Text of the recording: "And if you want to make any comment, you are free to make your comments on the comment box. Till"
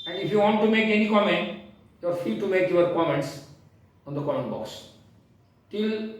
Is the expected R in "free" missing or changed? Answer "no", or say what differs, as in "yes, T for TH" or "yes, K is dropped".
yes, R is dropped